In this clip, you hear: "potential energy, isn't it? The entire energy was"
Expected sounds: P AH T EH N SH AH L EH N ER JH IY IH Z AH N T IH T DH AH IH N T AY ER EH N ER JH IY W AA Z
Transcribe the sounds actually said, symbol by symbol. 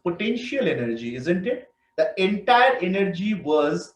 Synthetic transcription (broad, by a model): P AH T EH N SH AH L EH N ER JH IY IH Z AH N T IH T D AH IH N T AY ER EH N ER JH IY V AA Z